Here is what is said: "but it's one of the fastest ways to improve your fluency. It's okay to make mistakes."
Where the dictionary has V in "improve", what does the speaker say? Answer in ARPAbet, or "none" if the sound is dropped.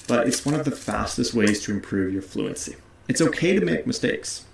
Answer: V